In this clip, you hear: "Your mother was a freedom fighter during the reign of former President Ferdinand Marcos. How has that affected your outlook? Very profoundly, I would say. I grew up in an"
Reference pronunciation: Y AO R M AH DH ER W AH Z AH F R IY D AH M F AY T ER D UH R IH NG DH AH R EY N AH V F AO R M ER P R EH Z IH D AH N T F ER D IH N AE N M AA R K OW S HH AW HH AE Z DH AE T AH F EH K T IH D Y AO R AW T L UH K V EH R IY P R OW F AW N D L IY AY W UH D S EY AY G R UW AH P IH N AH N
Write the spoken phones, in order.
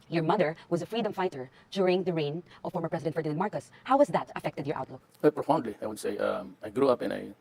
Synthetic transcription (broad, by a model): Y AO R M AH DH ER W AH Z AH F R IY D AH M F AY T ER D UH R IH NG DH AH R EY N AH V F AO R M ER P R EH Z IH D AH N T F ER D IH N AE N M AA R K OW S HH AW HH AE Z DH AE T AH F EH K T IH D Y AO R AW T L UH K W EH P R OW F AW N D L IY AY W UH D S EY AY G R UW AH P IH N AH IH